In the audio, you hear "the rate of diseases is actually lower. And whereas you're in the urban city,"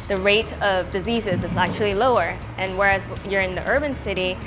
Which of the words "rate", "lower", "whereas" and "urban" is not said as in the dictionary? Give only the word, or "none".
none